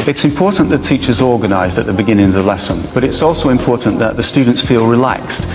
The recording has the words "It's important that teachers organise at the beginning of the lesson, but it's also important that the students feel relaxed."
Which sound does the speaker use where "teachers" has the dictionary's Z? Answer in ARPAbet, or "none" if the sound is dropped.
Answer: Z